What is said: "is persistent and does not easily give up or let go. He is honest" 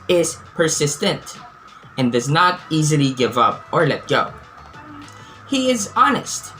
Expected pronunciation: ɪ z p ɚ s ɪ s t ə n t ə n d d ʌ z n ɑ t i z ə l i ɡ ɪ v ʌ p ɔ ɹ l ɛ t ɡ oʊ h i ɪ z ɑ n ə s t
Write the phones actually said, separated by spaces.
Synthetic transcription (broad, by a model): ɪ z p ɚ s ɪ s t ə n t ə n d d ʌ z n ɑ t i z ə l i ɡ ɪ v ʌ p ɔ ɹ l ɛ t ɡ oʊ h i ɪ z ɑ n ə s t